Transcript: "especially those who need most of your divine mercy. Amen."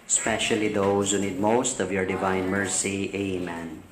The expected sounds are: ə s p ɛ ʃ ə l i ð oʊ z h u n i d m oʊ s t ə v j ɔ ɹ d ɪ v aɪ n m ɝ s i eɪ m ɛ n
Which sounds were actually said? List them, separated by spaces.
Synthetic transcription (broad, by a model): s p ɛ ʃ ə l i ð oʊ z h u n i d m oʊ s t ə v j ɔ ɹ d ɪ v aɪ n m ɝ s i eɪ m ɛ n